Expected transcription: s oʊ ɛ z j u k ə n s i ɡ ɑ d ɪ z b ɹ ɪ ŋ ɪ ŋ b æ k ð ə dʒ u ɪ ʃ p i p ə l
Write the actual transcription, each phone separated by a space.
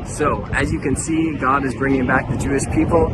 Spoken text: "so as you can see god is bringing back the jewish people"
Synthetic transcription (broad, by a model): s oʊ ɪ z j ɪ k ə n s i ɡ ɑ d ɪ z b ɹ ɪ ŋ ɪ ŋ b æ k ð ə dʒ u ɪ ʃ p i p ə l